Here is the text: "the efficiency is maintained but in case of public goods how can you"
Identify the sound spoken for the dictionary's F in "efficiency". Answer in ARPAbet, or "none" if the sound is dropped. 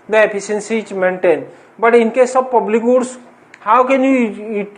P